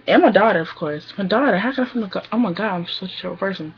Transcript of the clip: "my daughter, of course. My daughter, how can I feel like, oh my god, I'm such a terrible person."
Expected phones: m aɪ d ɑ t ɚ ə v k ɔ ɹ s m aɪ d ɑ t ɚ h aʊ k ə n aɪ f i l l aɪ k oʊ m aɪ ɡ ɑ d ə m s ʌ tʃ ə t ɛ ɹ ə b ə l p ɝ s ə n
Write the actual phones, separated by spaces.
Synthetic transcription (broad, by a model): m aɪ d ɑ t ɚ ə v k ɔ ɹ s m aɪ d ɑ t ɚ h aʊ k ə n aɪ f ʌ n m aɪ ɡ oʊ m aɪ ɡ ɑ d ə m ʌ s ə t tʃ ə ə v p ɝ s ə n